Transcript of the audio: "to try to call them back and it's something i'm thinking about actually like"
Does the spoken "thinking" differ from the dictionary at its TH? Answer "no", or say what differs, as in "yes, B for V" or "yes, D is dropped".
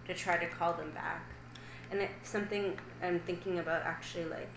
no